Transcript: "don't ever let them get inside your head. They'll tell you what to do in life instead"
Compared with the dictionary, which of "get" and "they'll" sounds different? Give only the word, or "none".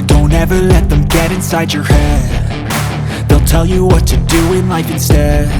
none